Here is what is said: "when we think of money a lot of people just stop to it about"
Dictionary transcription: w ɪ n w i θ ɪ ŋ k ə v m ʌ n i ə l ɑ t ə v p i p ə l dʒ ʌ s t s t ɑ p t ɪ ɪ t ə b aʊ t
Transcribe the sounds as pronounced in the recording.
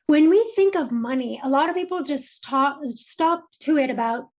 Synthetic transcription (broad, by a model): w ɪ n w i θ ɪ ŋ k ə v m ʌ n i ə l ɑ t ə v p i p l dʒ ʌ s t s t ɑ p t ɪ ɪ t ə b aʊ t